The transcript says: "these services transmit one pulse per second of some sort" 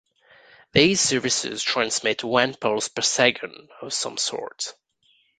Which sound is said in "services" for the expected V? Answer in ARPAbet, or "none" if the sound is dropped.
V